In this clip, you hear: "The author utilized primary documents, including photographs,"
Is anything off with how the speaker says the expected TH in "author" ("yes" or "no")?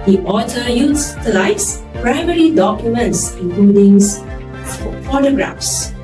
yes